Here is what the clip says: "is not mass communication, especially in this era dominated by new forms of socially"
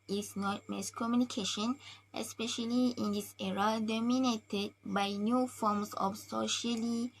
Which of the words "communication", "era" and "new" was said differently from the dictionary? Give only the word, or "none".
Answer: none